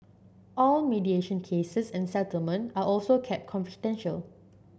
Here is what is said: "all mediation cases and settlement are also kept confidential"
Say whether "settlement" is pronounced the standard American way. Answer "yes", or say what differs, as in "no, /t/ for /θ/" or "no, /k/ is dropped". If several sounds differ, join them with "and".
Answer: yes